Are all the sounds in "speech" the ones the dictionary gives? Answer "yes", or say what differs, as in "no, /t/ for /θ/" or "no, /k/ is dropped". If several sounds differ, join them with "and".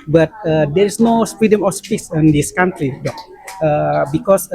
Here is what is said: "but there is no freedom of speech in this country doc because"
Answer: no, /s/ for /tʃ/